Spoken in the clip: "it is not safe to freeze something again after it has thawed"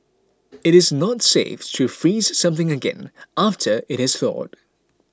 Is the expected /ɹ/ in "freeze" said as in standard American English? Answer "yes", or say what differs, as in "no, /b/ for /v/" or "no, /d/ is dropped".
yes